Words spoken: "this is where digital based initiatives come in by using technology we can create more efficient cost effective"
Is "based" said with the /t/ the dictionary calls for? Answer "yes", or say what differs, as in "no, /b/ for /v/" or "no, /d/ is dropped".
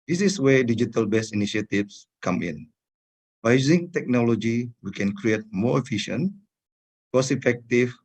no, /t/ is dropped